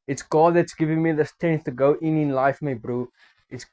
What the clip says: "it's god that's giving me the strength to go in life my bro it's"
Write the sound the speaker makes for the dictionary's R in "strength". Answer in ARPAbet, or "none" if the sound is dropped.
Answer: none